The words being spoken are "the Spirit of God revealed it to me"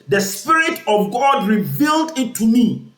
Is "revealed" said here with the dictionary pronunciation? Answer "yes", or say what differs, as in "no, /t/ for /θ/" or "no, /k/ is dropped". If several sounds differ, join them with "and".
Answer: yes